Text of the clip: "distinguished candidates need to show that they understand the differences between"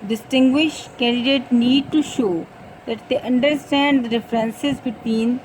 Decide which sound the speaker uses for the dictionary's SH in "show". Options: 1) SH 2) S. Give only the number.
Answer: 1